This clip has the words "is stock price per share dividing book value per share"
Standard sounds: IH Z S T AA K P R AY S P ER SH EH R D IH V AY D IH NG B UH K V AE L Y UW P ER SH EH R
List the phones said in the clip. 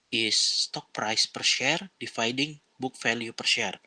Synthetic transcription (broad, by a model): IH S T AA K P R AY S P ER SH EH R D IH F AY D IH NG B UH K F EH L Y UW P ER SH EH R